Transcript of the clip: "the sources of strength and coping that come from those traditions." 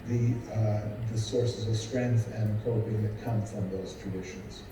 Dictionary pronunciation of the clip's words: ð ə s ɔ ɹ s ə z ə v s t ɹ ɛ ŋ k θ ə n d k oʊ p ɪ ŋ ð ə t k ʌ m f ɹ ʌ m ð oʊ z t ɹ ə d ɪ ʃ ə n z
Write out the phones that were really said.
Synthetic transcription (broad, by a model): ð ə s ɔ ɹ s ə z ə v s t ɹ ɛ ŋ k θ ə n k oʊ ɪ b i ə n k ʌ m f ɹ ʌ m ð oʊ z t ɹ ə d ɪ ʃ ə n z